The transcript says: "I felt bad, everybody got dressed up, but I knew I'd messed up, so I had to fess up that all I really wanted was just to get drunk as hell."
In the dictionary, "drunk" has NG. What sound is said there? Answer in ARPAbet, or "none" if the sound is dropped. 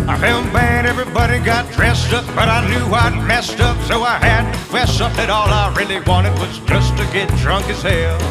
NG